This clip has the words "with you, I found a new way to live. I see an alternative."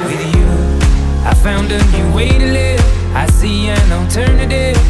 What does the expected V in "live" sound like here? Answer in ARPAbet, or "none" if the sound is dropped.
none